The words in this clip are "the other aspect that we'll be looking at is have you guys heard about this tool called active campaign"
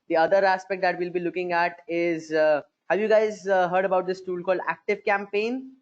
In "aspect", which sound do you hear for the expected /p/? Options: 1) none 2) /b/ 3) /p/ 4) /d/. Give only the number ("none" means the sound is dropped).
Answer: 3